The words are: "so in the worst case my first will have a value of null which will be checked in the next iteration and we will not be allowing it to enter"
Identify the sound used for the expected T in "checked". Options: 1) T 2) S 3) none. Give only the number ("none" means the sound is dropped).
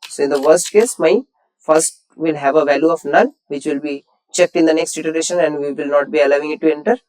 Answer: 1